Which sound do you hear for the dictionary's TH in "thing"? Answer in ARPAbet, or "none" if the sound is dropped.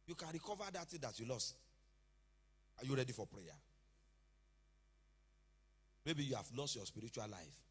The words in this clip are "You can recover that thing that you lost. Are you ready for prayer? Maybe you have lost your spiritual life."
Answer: T